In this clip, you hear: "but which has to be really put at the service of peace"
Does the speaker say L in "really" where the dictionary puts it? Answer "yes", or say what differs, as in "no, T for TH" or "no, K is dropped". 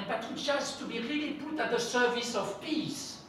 yes